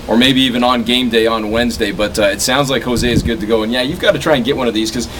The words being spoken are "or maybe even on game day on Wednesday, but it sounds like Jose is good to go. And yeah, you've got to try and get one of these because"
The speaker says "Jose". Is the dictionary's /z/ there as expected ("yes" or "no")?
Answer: yes